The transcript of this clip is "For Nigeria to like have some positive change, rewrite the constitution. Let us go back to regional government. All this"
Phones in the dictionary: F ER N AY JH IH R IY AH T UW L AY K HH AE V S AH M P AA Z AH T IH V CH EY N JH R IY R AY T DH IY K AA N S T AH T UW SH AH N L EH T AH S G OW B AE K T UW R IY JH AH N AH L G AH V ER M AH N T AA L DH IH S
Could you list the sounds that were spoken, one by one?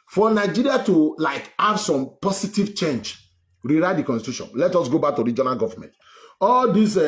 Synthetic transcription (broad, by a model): F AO N AY JH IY R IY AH T UW L AY K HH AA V S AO M P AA S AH T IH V CH EY N JH R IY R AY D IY K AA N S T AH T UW SH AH N L EH T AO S G OW B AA K T UW R IY JH AH N AH L G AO V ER M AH N T AA L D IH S